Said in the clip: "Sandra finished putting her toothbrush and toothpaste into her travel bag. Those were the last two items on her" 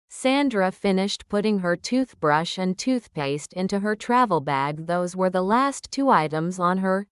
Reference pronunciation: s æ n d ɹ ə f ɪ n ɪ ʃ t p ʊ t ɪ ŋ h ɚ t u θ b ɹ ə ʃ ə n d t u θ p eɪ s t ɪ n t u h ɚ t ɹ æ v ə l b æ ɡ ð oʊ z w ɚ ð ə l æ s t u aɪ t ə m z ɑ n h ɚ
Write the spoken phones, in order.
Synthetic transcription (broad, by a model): s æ n d ɹ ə f ɪ n ɪ ʃ t p ʊ t ɪ ŋ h ɚ t u θ b ɹ ə ʃ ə n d t u θ p eɪ s t ɪ n t u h ɚ t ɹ æ v l b æ ɡ ð oʊ z w ɚ ð ə l æ s t u aɪ t ə m z n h ɚ